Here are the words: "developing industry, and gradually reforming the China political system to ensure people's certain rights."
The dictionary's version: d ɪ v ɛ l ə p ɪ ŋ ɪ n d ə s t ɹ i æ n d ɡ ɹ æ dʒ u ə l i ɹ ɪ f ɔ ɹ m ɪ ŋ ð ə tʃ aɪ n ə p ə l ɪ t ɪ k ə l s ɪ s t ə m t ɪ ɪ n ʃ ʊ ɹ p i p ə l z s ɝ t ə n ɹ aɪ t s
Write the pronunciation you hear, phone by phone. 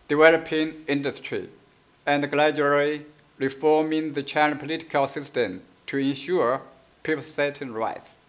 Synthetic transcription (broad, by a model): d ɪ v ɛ l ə p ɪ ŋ ɪ n d ə s t ɹ i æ n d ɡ l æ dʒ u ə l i ɹ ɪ f ɔ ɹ m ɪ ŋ ð ə tʃ aɪ n ə p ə l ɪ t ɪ k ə l s ɪ s t ə m t ɪ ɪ n ʃ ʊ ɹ p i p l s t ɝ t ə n ɹ aɪ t s